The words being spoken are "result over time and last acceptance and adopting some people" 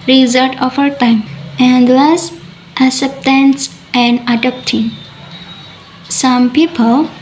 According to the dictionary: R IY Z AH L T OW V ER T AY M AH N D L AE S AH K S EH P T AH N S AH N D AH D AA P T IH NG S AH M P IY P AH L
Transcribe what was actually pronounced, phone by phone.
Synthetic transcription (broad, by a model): R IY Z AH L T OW F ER T AY M AH N D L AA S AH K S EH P T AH N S AH N D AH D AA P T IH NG S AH M P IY P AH L